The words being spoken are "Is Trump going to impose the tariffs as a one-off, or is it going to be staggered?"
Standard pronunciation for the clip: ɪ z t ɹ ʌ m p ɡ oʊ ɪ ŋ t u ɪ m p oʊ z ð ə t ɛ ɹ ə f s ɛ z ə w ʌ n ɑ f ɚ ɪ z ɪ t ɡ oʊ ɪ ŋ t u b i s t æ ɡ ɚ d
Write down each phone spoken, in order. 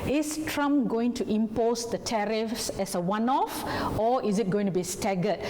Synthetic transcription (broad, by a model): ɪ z t ɹ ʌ m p ɡ oʊ ɪ ŋ t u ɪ m p oʊ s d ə t ɛ ɹ ə f s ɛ s ə w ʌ n ɑ f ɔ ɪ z ɪ t ɡ oʊ ɪ ŋ t u b i s t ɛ ɡ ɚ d